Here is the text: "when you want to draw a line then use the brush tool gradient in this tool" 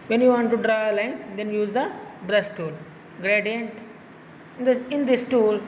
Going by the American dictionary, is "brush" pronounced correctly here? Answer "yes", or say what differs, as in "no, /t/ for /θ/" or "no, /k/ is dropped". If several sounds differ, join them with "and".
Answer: no, /s/ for /ʃ/